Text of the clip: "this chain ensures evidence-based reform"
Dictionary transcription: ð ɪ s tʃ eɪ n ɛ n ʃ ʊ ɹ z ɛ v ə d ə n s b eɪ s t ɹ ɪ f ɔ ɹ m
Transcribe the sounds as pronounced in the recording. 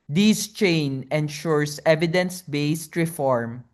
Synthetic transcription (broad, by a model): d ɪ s tʃ eɪ n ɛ n ʃ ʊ ɹ s ɛ v ə d ə n s b eɪ s t ɹ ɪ f ɔ ɹ m